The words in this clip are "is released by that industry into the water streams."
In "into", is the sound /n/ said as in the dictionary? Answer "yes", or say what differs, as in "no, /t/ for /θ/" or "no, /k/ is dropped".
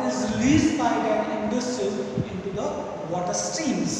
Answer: yes